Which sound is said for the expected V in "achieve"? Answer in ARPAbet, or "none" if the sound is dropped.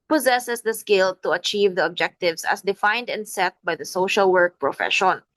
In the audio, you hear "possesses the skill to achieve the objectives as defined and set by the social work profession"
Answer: V